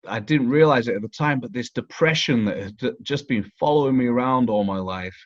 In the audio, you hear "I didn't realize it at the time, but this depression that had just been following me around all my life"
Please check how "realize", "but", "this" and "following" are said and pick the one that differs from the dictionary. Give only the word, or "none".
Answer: none